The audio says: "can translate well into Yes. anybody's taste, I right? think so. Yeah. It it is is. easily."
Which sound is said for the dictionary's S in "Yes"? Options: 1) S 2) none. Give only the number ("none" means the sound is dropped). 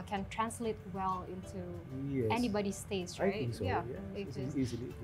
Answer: 2